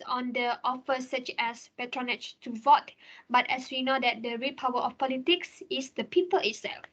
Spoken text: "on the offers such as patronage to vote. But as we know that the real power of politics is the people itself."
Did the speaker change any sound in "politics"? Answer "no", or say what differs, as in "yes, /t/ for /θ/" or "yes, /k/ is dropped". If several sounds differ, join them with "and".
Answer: no